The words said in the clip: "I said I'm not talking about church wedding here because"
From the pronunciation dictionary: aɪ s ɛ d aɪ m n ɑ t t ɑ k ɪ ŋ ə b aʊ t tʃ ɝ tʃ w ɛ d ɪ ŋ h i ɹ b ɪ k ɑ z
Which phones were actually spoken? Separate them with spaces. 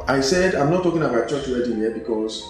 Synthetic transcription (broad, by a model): aɪ s ɛ d aɪ m n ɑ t t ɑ k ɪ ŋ ə b aʊ t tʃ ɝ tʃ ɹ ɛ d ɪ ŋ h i b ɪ k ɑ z